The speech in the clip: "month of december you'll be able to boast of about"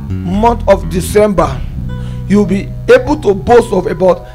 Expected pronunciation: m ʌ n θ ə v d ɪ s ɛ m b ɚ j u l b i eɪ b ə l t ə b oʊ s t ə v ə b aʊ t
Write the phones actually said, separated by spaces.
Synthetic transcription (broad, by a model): m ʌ n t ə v d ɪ s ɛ m b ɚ j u w b i eɪ b ə l t ə b oʊ s t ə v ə b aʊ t